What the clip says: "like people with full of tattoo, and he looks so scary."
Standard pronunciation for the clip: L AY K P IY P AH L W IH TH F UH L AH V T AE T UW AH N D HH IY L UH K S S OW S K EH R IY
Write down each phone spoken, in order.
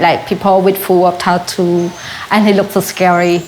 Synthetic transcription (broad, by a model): L AY K P IY P AH L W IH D F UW W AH P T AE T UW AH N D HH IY L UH K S S OW S K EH R IY